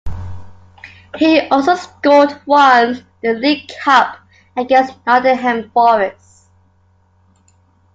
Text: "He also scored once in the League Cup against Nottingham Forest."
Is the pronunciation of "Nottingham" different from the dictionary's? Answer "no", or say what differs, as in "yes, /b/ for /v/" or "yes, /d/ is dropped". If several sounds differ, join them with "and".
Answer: yes, /ŋ/ is dropped